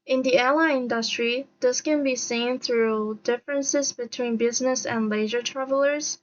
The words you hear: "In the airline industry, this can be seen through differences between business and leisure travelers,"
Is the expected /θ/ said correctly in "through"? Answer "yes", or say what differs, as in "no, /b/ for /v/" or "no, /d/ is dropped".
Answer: yes